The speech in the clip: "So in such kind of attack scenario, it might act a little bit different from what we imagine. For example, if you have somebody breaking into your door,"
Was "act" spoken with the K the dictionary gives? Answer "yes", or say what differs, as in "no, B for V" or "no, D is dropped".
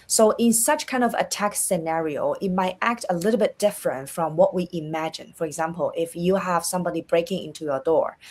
yes